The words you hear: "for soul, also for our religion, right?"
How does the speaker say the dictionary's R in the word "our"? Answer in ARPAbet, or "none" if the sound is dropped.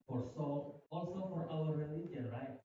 L